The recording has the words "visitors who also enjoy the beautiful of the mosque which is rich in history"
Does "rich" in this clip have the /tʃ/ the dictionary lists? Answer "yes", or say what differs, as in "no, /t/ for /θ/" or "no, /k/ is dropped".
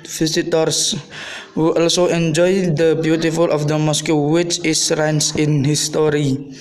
no, /s/ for /tʃ/